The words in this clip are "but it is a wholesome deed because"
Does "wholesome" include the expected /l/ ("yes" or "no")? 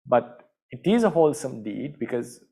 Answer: yes